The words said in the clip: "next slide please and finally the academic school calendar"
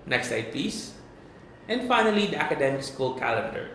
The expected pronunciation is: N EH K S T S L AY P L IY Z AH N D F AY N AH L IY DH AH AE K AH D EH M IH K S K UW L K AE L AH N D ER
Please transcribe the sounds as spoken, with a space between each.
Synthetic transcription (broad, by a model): N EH K S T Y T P IY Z AH N D F AY N AH L IY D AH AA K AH D EH M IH K S K UW L K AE L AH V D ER